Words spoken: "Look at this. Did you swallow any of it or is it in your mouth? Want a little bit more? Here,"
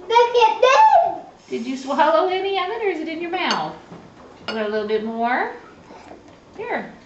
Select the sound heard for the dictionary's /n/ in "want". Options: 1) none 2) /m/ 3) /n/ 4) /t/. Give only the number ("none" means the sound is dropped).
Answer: 1